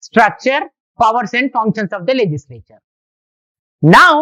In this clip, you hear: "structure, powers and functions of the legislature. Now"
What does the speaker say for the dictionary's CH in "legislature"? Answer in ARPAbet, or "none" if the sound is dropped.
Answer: CH